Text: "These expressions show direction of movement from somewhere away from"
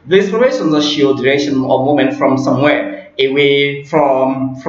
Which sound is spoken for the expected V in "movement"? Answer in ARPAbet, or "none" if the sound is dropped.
none